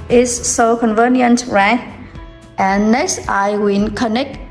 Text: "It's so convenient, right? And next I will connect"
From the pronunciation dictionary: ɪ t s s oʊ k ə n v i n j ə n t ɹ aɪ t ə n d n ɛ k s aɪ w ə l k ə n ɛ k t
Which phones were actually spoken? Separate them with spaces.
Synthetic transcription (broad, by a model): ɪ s s oʊ k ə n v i n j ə n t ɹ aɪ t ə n n ɛ k s aɪ w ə n k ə n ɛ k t